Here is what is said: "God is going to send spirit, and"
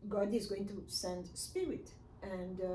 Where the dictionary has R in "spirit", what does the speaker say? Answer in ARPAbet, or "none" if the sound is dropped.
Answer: R